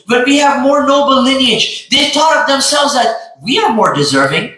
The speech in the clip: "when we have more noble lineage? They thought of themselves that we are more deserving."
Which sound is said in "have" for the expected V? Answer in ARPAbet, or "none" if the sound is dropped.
V